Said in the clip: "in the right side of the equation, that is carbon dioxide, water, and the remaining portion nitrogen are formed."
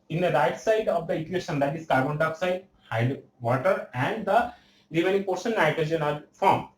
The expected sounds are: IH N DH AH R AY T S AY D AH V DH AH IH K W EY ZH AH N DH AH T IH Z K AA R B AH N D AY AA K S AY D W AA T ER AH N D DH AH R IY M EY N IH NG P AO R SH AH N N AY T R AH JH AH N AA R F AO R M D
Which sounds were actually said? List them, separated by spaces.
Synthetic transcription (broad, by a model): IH N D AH R AY T S AY D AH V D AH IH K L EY SH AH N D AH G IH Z K AA R B AH N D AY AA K S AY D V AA T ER AH N D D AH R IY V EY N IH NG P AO R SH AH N N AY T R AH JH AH N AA L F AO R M